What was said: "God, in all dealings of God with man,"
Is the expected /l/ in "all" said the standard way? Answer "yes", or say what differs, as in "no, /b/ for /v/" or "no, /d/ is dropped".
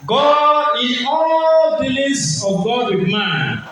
yes